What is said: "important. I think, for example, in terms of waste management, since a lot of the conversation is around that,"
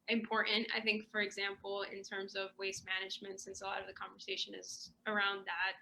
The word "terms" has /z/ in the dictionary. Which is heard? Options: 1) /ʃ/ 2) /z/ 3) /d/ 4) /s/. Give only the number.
2